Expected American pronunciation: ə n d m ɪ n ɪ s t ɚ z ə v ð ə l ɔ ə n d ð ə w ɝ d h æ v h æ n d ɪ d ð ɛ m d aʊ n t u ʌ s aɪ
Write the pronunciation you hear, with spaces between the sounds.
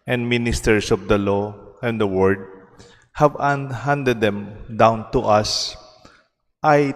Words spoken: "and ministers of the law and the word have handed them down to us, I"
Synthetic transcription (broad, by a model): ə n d m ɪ n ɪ s t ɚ s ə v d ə l ɔ ə n d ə w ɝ d h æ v h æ n d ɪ d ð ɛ m d aʊ n t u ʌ s aɪ